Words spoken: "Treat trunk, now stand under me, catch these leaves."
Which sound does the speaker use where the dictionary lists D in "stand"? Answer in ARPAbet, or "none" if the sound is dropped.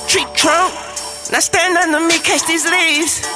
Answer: D